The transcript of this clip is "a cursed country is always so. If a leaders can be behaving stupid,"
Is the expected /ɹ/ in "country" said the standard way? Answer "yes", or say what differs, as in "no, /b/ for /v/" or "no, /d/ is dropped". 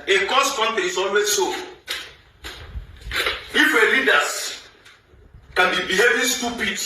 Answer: no, /ɹ/ is dropped